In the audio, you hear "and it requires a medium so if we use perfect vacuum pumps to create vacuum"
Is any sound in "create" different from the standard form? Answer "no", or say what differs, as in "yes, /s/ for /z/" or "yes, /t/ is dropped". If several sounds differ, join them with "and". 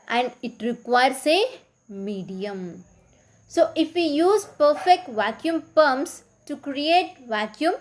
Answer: no